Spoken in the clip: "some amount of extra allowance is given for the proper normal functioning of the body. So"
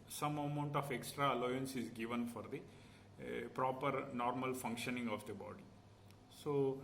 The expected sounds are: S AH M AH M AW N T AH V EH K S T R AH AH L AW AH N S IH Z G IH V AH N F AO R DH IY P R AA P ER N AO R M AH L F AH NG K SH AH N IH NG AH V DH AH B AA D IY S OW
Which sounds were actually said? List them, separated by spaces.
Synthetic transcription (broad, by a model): S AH M AH M AW N T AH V EH K S T R AH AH L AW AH N S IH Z G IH V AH N F AO R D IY P R AA P ER N AO R M AH L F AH NG K SH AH N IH NG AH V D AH B AA D IY S OW